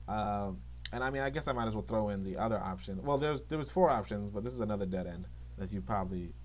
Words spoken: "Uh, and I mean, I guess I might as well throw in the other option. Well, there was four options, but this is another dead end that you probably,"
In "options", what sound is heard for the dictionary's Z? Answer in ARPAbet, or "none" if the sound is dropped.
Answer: Z